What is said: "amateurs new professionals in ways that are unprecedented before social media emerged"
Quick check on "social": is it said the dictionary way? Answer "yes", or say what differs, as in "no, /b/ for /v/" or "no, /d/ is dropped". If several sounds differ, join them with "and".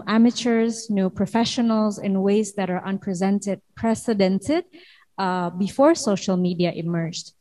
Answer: yes